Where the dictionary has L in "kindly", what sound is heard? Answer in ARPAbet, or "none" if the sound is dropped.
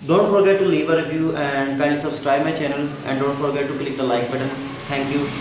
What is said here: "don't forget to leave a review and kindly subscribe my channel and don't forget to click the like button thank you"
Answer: none